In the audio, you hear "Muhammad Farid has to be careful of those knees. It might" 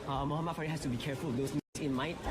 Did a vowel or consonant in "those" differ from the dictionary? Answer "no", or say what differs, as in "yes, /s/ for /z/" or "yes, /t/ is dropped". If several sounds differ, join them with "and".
yes, /s/ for /z/